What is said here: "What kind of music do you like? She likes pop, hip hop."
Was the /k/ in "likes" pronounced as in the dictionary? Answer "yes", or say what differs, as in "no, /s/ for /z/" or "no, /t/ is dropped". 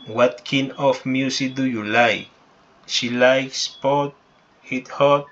yes